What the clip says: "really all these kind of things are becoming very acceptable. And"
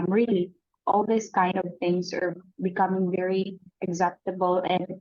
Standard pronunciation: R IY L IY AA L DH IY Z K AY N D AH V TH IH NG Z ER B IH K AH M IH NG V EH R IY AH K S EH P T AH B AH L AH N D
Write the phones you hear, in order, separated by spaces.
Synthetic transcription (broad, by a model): R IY L IY AA L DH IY S K AY N D AH V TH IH NG S ER B IH K AH M IH NG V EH R IY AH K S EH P T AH B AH L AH N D